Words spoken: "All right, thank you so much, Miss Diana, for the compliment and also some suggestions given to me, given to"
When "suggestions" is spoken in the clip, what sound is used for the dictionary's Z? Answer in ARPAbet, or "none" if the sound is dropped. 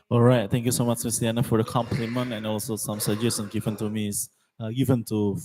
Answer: none